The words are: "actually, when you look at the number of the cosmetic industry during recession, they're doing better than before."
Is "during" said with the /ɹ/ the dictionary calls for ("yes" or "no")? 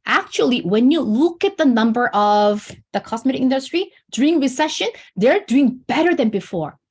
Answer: no